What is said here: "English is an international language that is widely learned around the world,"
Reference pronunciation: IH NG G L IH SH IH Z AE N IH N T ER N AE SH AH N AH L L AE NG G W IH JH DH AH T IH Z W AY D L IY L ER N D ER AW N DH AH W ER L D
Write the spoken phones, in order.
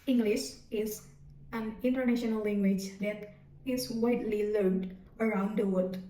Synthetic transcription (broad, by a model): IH NG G L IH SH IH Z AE N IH N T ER N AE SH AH N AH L L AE NG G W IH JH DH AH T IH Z W AY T L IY L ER D ER AW N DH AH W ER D